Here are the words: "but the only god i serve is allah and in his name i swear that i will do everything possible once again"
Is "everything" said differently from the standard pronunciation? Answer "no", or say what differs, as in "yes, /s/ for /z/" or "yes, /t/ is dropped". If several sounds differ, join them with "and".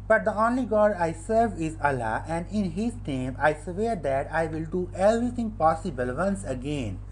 yes, /t/ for /θ/